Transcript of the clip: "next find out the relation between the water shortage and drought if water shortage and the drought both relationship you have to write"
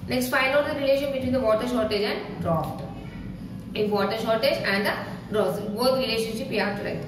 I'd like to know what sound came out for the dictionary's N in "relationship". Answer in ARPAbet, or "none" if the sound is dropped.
N